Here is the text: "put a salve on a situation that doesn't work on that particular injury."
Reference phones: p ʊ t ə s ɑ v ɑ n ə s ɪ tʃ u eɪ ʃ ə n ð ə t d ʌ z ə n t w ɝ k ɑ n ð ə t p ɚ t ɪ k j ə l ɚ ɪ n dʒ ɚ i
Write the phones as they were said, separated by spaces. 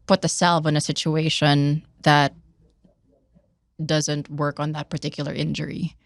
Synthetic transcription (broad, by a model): p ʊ t ə s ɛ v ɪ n ə s ɪ tʃ u eɪ ʃ ə n ð ə t d ʌ z ə n t w ɝ k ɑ n ð ə t p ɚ t ɪ k j l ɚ ɪ n dʒ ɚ i